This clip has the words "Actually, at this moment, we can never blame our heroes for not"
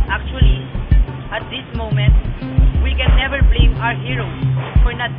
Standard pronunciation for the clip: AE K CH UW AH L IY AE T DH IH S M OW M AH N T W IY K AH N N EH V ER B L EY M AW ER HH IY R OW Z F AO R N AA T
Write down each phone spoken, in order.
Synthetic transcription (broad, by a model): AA K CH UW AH L IY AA T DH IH S M OW M AH N T W IY K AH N N EH V ER B L EY M AW ER HH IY R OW F AO R N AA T